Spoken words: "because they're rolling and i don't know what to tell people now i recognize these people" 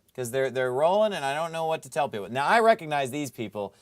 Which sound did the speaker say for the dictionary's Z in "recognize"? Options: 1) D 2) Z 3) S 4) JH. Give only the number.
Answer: 2